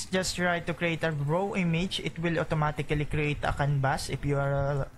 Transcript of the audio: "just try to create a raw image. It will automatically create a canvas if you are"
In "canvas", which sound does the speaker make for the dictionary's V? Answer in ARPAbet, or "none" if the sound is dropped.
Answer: B